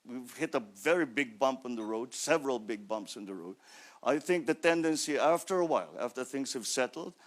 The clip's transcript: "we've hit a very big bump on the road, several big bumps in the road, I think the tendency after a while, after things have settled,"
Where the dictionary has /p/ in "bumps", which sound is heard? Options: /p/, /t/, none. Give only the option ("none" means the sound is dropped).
/p/